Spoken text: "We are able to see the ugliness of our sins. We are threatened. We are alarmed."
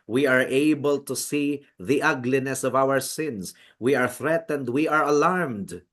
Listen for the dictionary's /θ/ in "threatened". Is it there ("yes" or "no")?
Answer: yes